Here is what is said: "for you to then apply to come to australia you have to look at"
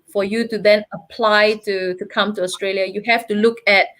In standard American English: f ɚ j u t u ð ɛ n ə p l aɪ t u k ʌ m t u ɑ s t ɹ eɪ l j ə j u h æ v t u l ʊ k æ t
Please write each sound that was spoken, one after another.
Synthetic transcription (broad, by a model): f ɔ j u t u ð ɛ n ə p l aɪ t u k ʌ m t u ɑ s t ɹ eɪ l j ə j u h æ f t u l ʊ k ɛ t